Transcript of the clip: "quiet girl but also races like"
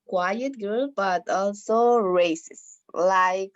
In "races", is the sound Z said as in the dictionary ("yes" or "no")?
no